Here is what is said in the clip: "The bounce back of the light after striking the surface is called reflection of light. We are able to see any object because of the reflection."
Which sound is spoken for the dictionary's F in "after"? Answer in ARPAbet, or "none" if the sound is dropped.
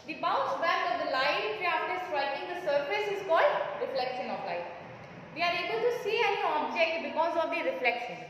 none